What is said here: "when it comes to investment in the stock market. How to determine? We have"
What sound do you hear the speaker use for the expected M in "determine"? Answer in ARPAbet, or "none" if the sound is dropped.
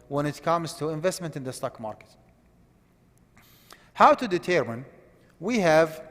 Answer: M